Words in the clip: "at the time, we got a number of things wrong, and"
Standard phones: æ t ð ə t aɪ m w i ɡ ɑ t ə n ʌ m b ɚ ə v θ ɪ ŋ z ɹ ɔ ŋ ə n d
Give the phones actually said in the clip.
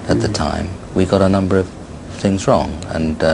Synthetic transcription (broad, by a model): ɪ t ð ə t aɪ m w i ɡ ɑ t ə n ʌ m b ɚ ə v θ ɪ ŋ z ɹ ɔ ŋ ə n